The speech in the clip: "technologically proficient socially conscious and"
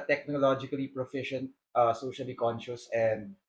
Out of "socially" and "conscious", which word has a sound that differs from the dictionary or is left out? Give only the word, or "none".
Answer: none